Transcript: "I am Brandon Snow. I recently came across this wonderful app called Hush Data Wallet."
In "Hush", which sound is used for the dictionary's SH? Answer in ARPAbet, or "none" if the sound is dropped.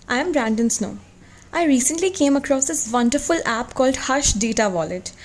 SH